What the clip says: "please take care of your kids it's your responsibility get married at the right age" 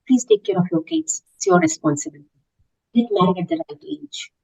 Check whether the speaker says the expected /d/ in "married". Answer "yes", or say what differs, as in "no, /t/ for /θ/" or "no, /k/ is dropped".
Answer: no, /d/ is dropped